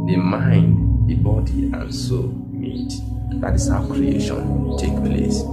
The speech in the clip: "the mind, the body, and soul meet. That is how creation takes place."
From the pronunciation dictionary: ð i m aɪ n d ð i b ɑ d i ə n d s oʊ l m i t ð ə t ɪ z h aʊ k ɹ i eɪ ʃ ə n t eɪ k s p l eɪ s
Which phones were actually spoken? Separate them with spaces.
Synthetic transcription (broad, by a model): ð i m aɪ n d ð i b ɑ d i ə n s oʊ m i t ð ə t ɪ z h aʊ k ɹ i eɪ ʃ ə n t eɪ k p l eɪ s